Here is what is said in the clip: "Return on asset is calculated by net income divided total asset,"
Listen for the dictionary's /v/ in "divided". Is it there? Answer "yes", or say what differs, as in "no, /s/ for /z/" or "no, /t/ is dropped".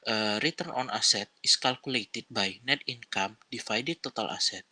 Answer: no, /f/ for /v/